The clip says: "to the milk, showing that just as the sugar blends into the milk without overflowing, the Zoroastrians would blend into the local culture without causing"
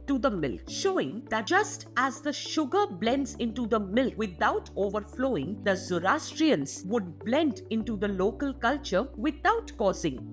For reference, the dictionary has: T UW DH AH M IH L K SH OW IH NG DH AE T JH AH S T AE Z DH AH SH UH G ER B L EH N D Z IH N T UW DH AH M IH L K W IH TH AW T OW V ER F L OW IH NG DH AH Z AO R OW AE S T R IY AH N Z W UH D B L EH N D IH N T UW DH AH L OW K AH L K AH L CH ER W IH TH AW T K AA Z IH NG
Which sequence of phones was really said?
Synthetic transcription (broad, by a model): T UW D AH M IH L K SH OW IH NG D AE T JH AH S T AE Z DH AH SH UH G ER B L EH N D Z IH N T UW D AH M IH L K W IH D AW T OW V ER F L OW IH NG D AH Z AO R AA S T R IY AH N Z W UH D B L EH N D IH N T UW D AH L OW K AH L K AH L CH ER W IH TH AW T K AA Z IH NG